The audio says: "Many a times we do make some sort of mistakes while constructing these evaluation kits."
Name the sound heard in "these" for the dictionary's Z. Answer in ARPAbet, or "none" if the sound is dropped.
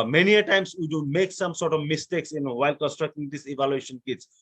S